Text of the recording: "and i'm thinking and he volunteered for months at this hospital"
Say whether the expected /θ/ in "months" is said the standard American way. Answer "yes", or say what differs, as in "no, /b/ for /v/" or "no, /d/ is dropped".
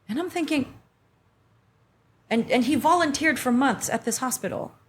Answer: yes